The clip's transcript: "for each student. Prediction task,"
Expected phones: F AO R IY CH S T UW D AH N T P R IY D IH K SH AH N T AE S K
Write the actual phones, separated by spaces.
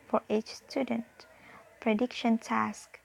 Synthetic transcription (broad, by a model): F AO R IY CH S T UW D AH N T P R IY D IH K SH AH N T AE S K